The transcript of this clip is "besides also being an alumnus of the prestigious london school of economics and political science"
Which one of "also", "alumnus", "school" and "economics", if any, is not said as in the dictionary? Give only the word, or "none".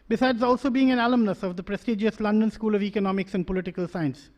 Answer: none